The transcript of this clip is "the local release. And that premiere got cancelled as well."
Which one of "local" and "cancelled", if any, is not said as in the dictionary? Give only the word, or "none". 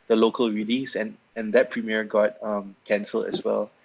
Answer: cancelled